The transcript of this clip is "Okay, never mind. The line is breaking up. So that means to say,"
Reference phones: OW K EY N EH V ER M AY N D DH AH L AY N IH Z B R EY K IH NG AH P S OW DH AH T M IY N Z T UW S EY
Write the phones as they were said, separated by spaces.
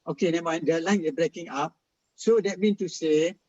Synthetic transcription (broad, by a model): OW K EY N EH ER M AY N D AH L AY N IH B R EY K IH NG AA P S OW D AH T M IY N T UW S EY